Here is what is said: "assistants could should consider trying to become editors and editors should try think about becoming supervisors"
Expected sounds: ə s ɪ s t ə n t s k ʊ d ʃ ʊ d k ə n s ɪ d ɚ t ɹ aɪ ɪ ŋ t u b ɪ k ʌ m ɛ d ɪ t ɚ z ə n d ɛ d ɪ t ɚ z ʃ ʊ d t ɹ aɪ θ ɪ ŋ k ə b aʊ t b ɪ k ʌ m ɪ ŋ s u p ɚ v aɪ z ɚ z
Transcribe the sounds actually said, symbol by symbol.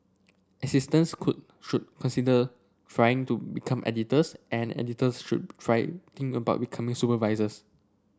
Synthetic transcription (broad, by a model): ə s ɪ s t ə n s k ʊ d ʃ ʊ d k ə n s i d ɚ t ɹ aɪ ɪ ŋ t u b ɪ k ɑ m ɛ d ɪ t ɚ s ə n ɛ d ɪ t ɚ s ʃ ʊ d t ɹ aɪ t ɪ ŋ ə b aʊ t b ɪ k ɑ m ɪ ŋ s u p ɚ v aɪ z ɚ s